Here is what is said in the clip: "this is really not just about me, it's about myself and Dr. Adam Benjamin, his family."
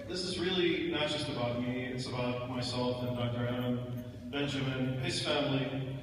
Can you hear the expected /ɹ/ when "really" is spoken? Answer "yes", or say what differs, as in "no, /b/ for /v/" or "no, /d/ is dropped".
yes